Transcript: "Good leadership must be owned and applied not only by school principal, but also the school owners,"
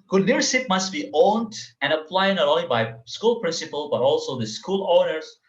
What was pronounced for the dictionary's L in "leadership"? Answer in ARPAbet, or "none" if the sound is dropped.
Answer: N